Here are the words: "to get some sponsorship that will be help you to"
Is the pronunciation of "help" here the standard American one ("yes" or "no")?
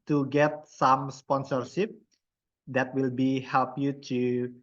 yes